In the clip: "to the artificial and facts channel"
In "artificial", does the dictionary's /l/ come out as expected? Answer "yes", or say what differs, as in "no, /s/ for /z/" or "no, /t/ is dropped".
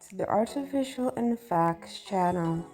yes